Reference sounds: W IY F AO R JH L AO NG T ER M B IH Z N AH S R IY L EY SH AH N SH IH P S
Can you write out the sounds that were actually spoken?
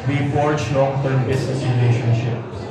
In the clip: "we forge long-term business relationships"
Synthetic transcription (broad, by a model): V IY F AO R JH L AO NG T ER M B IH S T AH R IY L EY SH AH N SH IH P